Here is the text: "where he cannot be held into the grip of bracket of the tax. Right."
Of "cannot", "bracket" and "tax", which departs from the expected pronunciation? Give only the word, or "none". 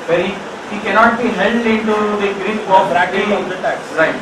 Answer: bracket